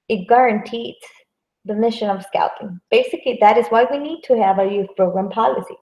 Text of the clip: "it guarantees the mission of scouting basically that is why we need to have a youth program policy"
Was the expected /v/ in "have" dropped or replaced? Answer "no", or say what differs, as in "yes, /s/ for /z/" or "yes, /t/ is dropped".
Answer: no